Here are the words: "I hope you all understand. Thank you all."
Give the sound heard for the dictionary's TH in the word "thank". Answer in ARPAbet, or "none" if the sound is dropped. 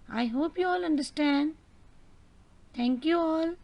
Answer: T